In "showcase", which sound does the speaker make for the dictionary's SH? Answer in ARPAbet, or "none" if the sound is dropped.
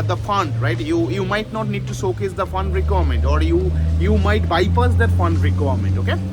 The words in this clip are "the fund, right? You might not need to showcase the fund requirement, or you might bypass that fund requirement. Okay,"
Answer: S